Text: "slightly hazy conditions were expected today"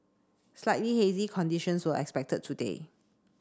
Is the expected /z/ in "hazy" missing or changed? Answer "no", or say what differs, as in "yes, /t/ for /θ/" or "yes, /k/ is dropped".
no